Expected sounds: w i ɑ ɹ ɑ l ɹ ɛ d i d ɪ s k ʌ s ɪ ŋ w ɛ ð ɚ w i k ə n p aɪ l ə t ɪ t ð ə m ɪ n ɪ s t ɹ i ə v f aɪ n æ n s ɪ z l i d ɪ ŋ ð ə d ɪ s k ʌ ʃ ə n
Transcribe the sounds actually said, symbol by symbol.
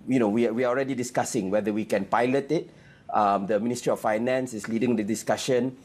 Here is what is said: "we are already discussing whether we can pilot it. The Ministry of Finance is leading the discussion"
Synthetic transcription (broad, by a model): w i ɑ w ɑ l ɹ ɛ d i d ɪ s k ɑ s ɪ ŋ w ɛ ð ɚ w i k ə n p aɪ l ə t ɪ t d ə m ɪ n ɪ s t ɹ i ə f aɪ n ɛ n s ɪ s l i d ɪ ŋ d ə d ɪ s k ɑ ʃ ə n